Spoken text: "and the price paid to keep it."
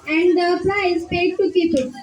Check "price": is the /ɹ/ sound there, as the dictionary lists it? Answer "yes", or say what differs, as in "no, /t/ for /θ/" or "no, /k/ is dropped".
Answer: no, /l/ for /ɹ/